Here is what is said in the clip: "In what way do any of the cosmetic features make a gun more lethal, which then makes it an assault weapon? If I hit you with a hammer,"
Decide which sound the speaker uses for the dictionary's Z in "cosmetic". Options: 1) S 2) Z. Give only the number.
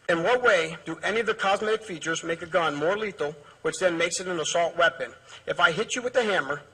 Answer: 2